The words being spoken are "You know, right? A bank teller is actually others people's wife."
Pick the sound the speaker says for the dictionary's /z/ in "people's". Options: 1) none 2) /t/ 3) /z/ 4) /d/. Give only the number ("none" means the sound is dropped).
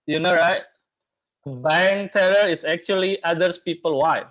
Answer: 1